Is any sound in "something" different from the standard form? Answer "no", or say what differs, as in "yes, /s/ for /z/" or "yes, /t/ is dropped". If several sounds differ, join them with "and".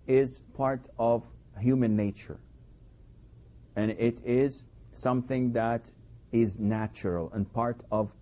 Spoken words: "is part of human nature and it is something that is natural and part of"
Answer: no